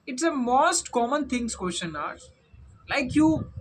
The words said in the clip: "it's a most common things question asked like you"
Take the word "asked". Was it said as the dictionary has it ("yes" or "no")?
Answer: no